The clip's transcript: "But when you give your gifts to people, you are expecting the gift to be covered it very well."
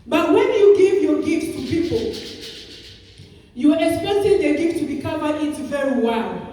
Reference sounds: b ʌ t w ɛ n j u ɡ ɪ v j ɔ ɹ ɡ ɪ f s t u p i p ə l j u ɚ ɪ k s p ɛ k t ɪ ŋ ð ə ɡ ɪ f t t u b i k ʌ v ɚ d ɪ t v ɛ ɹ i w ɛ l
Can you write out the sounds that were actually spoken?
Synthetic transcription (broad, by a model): b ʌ t w ɛ n j u ɡ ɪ v j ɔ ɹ ɡ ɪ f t t u p i p ə l j u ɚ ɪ k s p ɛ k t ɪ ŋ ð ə ɡ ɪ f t t u b i k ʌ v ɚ ɪ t v ɛ ɹ i w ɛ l